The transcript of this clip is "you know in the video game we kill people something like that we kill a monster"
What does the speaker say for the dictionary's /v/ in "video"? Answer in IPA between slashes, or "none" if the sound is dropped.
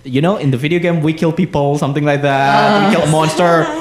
/v/